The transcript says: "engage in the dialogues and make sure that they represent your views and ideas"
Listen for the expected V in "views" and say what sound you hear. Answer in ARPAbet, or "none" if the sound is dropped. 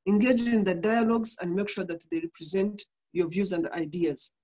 V